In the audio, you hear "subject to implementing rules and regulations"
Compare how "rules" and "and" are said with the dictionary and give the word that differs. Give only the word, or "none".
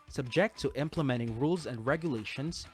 none